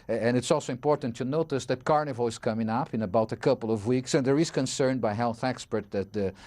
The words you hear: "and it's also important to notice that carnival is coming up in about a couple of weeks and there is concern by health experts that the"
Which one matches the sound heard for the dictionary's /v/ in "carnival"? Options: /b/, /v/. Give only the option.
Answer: /v/